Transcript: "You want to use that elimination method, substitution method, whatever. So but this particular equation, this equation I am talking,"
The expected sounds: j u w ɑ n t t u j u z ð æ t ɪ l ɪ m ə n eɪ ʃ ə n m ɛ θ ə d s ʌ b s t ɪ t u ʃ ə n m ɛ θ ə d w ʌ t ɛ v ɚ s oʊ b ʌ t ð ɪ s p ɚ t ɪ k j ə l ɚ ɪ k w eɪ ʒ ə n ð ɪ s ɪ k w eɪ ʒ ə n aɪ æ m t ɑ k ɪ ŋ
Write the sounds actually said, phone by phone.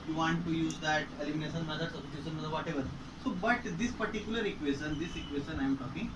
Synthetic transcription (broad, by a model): j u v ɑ n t t u j u z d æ t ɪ l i m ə n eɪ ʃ ə n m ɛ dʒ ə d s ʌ s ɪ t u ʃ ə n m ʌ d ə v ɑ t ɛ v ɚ s oʊ b ʌ t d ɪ s p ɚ t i k j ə l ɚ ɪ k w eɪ ʃ ə n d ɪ s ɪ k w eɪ ʃ ə n aɪ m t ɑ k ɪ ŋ